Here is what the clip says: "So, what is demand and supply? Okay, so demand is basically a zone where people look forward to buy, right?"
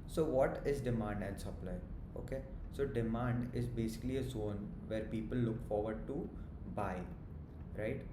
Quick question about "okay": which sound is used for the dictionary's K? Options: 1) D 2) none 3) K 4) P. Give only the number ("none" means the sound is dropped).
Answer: 3